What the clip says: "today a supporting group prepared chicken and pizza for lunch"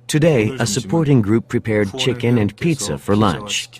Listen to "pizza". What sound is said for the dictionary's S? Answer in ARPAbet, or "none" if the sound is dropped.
S